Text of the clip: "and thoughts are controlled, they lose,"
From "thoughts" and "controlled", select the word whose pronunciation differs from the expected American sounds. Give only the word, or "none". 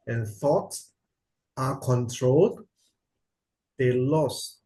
none